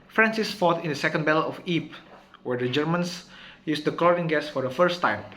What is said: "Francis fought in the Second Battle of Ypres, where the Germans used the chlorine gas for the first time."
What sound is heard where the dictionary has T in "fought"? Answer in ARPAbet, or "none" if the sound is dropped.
T